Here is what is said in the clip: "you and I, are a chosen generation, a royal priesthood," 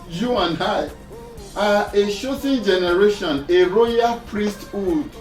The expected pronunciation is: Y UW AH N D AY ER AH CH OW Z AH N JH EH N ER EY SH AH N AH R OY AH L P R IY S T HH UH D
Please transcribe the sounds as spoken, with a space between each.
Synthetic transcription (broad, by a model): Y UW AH N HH AY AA AH SH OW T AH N JH EH N ER EY SH AH N AH R OY AH L P R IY S T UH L